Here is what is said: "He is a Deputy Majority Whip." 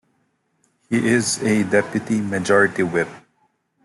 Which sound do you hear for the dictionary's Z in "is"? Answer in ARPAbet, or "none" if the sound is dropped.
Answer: Z